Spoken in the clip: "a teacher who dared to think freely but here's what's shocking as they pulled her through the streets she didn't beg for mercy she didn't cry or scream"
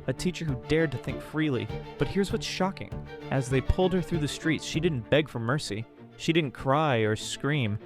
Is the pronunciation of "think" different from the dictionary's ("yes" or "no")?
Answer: no